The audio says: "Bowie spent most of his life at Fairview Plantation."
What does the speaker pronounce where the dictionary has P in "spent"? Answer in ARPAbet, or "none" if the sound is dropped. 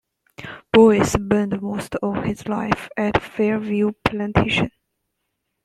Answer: B